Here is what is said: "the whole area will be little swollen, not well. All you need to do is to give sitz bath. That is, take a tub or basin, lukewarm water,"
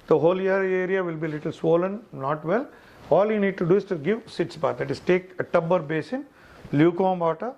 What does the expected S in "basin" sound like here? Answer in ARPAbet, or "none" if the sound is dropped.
S